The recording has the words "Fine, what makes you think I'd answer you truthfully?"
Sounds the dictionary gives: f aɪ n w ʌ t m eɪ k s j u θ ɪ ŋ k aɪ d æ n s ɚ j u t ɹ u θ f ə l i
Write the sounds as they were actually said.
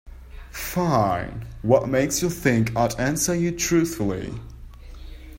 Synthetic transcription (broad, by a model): f aɪ n w ʌ t m eɪ k s j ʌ θ ɪ ŋ k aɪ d æ n s ɚ j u t ɹ u θ f ə l i